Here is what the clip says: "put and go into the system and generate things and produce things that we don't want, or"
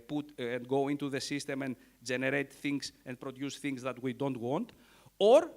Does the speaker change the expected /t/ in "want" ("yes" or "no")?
no